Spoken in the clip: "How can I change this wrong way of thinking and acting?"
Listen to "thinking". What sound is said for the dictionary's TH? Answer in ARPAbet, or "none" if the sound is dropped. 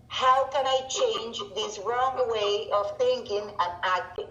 TH